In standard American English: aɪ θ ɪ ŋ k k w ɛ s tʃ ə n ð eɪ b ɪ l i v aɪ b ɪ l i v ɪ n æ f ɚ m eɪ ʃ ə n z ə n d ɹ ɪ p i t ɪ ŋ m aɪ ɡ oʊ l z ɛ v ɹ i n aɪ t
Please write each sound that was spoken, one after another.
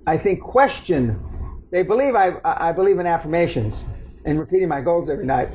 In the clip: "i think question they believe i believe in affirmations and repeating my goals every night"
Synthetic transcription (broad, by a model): aɪ θ ɪ ŋ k k w ɛ s tʃ ə n ð eɪ b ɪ l i v aɪ b ɪ l i v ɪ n æ f ɚ m eɪ ʃ ə n z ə n ɹ ɪ p i t ɪ ŋ m aɪ ɡ oʊ l z ɛ v ɹ i n aɪ t